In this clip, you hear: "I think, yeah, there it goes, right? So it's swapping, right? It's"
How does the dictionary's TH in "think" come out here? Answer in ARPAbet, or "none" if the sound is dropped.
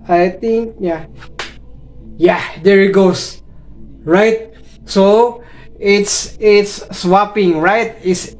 T